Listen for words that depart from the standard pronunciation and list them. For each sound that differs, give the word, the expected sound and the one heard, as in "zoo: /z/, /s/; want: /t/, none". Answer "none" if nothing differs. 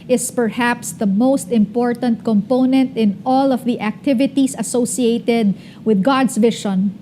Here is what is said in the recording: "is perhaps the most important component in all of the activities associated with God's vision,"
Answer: activities: /z/, /s/; god's: /z/, /s/